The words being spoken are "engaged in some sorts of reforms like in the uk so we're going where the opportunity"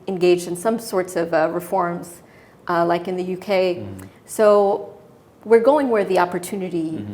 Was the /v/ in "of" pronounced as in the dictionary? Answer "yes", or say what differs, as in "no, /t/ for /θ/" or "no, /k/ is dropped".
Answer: yes